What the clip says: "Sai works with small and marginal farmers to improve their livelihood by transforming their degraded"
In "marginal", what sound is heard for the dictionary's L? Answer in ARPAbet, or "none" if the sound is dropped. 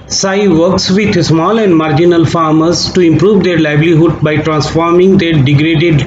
L